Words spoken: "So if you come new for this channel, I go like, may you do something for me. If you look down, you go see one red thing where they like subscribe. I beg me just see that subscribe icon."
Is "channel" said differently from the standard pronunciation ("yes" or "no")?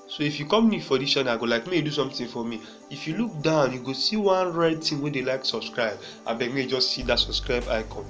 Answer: yes